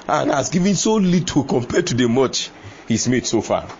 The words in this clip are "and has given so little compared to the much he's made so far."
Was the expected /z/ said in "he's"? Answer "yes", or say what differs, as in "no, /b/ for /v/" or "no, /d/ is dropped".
no, /s/ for /z/